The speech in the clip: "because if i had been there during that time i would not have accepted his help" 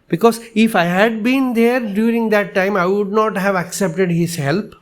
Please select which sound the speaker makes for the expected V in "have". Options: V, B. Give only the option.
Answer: V